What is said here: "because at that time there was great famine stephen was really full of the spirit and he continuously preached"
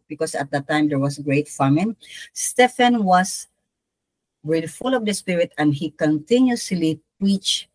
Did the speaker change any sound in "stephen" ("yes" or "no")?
yes